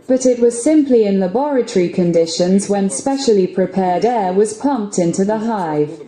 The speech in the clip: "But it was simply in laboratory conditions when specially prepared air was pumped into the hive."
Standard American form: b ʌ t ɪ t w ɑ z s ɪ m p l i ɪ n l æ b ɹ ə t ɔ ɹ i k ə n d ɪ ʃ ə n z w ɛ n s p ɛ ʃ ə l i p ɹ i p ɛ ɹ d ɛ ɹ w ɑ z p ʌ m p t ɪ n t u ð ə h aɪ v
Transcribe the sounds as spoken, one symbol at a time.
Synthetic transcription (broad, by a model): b ʌ t ɪ t w ɑ z s ɪ m p l i ɪ n l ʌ b ɹ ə t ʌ ɹ i k ə n d ɪ ʃ ə n z w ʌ n s p ɛ ʃ ə l i p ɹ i p ɛ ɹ d ɛ w ɑ z p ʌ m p t ɪ n t u ð ə h aɪ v